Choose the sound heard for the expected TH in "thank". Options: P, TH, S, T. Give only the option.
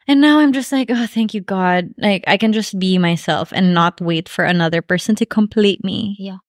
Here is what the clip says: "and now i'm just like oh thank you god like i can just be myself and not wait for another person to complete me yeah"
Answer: TH